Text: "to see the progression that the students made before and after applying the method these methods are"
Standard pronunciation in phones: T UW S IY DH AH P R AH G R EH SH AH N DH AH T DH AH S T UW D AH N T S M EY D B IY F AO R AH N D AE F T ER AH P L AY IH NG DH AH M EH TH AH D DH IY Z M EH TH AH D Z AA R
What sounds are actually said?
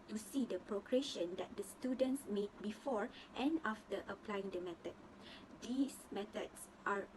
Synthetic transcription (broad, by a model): T UW S IY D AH P R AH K R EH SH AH N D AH T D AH S T UW D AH N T S M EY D B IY F AO R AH N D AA F T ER AH P L AY IH NG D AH M EH T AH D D IY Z M EH T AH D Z AA R